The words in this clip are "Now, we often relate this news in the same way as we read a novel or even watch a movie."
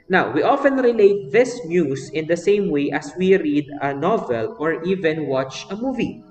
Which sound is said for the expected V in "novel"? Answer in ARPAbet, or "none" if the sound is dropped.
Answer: V